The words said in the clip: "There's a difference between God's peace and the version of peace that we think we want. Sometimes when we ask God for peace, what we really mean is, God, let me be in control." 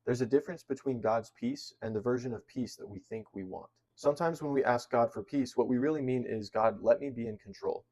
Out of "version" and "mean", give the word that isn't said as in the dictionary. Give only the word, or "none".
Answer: none